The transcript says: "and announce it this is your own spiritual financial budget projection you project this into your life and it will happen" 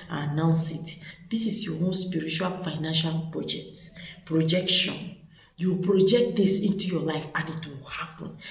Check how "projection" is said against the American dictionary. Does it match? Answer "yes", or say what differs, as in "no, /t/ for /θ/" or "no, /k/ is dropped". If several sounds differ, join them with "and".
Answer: yes